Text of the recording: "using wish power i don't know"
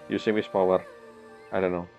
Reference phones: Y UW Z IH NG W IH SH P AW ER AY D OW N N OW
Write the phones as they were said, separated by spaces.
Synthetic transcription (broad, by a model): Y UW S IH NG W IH S P AW ER AY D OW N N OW